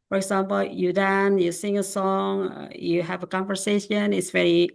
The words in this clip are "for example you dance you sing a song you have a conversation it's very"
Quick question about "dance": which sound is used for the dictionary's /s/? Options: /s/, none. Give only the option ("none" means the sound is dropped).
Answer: none